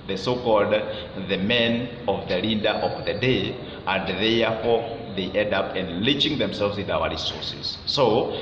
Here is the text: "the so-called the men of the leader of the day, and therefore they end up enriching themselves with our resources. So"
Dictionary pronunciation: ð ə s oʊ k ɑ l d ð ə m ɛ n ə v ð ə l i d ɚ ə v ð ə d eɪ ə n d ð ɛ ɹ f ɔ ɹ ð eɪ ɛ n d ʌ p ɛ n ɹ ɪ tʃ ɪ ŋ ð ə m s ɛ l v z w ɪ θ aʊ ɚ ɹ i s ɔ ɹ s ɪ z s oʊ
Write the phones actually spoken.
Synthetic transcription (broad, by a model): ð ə s oʊ k ɑ l d ð ə m ɛ n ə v ð ə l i d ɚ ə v ð ə d eɪ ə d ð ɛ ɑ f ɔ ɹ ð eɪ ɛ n d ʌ p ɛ n l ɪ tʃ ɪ ŋ ð ə m s ɛ l v z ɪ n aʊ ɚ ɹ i s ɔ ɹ s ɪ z s oʊ